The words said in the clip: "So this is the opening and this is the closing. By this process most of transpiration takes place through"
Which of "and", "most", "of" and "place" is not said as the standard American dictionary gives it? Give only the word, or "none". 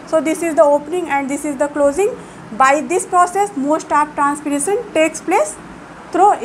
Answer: of